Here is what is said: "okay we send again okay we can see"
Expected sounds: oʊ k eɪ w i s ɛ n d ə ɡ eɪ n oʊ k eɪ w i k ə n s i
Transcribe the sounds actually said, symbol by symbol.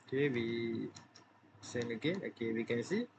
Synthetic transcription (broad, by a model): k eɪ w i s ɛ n ə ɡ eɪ oʊ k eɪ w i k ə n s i